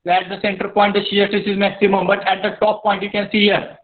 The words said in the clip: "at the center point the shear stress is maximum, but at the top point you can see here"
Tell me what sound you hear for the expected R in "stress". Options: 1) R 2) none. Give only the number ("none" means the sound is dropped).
2